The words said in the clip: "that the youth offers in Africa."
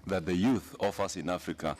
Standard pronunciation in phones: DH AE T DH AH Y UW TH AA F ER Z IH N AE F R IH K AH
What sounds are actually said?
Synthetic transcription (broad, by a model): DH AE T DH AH Y UW TH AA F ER S IH N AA F R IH K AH